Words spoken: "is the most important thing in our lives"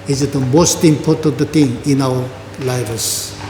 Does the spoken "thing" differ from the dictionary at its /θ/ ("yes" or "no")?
yes